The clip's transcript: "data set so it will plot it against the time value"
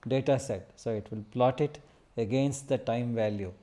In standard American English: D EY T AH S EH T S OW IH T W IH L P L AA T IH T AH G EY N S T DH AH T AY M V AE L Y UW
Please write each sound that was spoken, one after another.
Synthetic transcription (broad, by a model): D EY T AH S EH T S OW IH T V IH L P L AA T IH T AH G EY N S T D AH T AY M V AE L Y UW